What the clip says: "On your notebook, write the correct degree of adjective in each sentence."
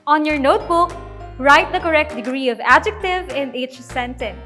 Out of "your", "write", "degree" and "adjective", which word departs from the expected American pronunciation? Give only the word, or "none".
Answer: none